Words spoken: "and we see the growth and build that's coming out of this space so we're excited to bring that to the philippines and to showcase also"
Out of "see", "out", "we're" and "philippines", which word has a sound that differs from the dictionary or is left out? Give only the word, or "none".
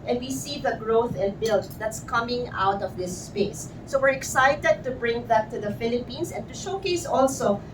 philippines